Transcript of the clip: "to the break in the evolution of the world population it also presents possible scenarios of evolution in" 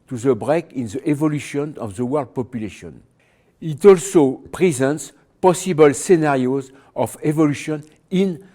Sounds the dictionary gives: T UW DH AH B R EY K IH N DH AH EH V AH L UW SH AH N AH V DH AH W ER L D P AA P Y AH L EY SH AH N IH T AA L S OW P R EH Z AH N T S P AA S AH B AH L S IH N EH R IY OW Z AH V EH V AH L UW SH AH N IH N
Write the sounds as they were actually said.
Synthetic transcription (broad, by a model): T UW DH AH B R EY K IH N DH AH EH V AH L UW SH AH N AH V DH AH W ER L D P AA P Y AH L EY SH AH N IH T AA L S OW P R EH Z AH N T S P AA S AH B AH L S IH N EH R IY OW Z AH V EH V AH L UW SH AH N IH N